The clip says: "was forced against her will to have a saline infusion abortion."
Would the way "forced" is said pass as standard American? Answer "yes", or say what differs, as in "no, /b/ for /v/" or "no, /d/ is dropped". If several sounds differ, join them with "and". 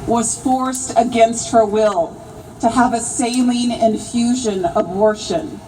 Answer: yes